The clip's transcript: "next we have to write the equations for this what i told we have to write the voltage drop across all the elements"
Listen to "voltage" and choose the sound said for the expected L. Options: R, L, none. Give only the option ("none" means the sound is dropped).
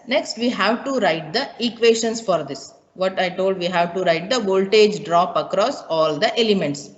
L